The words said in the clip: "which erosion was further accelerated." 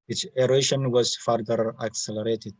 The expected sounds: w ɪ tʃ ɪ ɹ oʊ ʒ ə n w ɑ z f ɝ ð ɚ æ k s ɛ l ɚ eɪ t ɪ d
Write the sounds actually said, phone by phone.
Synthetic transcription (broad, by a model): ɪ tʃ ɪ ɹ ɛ ʃ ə n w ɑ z f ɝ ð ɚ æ k s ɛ l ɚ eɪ t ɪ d